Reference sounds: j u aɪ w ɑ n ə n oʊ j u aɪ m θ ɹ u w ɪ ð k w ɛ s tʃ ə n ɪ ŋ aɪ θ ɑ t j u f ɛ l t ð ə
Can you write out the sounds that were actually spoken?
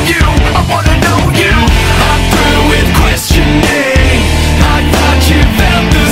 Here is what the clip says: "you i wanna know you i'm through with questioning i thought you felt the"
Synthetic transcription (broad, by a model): j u aɪ w ɑ n ə n oʊ j u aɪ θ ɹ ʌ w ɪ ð k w ɛ s tʃ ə n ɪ aɪ t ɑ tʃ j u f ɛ t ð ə